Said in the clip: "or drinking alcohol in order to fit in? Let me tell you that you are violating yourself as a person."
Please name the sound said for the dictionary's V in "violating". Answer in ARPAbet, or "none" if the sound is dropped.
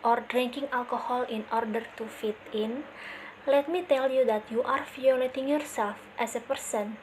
F